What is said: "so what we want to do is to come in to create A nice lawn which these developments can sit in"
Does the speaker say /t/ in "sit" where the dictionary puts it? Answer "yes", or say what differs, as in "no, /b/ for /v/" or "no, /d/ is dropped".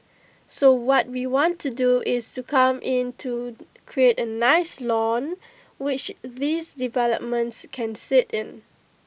yes